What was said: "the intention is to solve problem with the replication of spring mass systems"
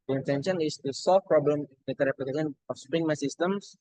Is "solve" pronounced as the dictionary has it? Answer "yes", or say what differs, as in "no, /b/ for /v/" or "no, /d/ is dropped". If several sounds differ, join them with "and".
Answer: no, /f/ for /v/